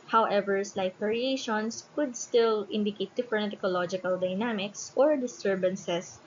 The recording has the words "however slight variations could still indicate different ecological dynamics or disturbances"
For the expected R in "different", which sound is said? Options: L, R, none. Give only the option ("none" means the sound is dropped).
none